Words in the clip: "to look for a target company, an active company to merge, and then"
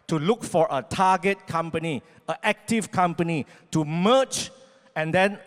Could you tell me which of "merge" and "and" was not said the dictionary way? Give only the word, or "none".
merge